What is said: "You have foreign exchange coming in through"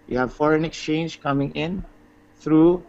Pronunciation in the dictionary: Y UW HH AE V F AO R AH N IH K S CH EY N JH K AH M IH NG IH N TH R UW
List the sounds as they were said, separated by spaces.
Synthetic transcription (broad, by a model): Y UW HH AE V F AO R AH N IH K S CH EY N JH K AH M IH NG IH N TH R UW